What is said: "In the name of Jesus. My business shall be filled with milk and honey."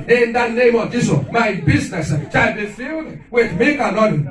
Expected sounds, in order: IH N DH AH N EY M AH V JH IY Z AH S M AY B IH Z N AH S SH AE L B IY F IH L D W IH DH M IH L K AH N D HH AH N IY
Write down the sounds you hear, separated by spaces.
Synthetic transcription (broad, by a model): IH N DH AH N EY M AH V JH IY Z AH M AY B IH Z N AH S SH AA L B IY F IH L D W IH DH M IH K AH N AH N